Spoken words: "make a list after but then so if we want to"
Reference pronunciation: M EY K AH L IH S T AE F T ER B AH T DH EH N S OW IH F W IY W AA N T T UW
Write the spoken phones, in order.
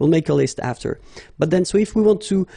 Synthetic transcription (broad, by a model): M EY K AH L IH S T AE F T ER B AH T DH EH N S OW IH F W IY W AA N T T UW